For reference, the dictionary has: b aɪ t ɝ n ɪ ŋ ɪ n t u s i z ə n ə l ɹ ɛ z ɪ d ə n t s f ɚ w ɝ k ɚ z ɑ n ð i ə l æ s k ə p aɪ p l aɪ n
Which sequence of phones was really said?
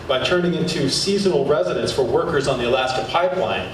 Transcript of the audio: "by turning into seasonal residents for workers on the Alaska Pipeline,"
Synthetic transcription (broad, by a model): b aɪ t ɝ n ɪ ŋ ɪ n t u s i z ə n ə l ɹ ɛ z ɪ d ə n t s f ɚ w ɝ k ɚ z n ð i ə l æ s k ə p aɪ p l aɪ n